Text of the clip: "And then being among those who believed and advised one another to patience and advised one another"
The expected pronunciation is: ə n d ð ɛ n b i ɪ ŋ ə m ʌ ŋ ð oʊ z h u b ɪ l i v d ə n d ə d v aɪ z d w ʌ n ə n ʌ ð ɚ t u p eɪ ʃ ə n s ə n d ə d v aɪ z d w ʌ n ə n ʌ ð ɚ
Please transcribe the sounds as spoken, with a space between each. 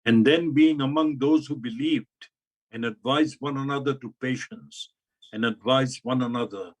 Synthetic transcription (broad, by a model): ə n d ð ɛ n b i ɪ ŋ ə m ʌ ŋ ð oʊ z h u b ɪ l i v d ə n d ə d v aɪ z w ʌ n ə n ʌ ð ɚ t u p eɪ ʃ ə n s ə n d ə d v aɪ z w ʌ n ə n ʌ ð ɚ